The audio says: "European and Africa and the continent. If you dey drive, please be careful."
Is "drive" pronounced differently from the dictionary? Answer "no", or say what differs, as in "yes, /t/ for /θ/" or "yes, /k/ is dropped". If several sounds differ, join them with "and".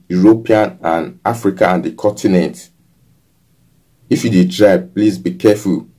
yes, /b/ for /v/